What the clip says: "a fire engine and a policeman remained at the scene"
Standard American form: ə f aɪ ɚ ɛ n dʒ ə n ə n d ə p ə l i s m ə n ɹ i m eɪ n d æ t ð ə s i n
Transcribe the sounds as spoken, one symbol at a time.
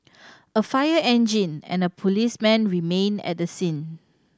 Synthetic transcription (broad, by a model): ə f aɪ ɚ ɛ n dʒ ə n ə n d ə p ə l i s m ə n ɹ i m eɪ n ɛ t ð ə s i n